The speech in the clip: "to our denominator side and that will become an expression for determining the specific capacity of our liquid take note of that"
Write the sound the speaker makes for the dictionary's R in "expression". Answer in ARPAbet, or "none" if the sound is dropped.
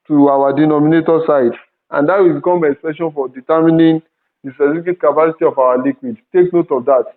none